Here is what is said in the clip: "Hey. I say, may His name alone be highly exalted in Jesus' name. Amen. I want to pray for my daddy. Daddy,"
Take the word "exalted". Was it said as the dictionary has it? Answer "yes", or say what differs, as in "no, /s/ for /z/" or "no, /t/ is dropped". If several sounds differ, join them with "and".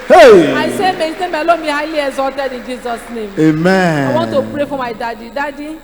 no, /l/ is dropped